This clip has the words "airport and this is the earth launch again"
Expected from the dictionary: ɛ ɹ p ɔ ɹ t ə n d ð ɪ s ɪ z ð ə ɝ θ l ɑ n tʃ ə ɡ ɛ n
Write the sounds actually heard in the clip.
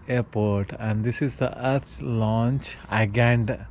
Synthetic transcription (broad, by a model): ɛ ɹ p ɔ ɹ t ə n d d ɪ s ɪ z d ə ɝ s l ɑ n tʃ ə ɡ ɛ n